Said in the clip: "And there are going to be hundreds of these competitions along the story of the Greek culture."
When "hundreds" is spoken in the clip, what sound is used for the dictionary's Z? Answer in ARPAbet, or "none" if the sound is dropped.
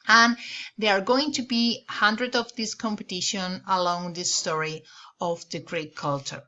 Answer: none